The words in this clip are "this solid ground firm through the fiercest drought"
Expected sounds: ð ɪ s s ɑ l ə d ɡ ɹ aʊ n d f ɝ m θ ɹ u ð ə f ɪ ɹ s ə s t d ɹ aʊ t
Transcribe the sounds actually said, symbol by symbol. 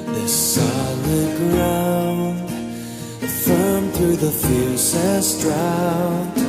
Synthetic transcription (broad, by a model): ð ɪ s s ɑ l ə d ɡ ɹ aʊ n d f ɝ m θ ɹ u ð ə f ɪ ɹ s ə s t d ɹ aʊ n